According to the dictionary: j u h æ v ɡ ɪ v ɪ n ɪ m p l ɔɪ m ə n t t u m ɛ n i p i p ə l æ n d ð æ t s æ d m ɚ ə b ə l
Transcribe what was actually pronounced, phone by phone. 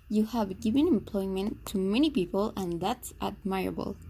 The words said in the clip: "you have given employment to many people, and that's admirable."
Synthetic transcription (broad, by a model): j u h æ v ɡ ɪ v ɪ n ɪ m p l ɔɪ m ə n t t u m ɛ n i p i p ə l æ n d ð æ t s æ d m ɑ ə b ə l